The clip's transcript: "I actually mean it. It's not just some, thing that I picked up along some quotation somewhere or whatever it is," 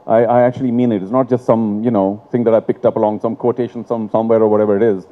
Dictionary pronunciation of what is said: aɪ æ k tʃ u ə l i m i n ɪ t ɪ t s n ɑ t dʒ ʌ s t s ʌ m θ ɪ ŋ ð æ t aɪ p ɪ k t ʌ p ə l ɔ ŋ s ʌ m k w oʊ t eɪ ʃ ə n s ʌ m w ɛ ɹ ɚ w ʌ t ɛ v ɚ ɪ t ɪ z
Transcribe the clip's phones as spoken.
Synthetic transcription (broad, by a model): aɪ æ k tʃ u ə l i m i n ɪ t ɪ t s n ɑ t dʒ ʌ s t s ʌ m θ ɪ ŋ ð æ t aɪ p ɪ k t ʌ p ə l ɔ ŋ s ʌ m k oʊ t eɪ ʃ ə n s ʌ m w ɛ ɹ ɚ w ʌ t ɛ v ɚ ɪ t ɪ z